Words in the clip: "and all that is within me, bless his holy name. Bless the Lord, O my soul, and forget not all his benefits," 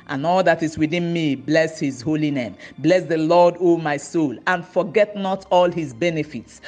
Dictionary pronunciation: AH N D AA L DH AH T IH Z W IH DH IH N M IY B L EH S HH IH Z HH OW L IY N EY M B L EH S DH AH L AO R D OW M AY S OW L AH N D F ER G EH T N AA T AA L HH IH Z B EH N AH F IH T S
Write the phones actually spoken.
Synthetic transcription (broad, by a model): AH N AA L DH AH T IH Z W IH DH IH N M IY B L EH S HH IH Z HH OW L IY N EY M B L EH S DH AH L AO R D OW M AY S OW L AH N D F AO G EH T N AA T AA L HH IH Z B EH N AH F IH T S